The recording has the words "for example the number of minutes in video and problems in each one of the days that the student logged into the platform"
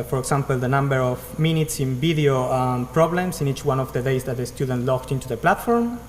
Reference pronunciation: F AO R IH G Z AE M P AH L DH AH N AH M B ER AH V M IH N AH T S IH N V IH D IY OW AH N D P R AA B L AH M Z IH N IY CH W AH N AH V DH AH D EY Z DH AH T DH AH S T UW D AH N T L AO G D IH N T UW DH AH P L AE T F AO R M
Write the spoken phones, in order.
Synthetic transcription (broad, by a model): F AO R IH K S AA M P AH L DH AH N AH M B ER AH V M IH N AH T S IH N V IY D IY OW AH P R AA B L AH M S IH N IY CH W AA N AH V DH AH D EY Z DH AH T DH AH S T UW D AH N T L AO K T IH N T UW DH AH P L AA T F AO R M